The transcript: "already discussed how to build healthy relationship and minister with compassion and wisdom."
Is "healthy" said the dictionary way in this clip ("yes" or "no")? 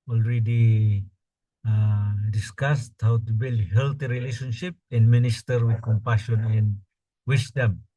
no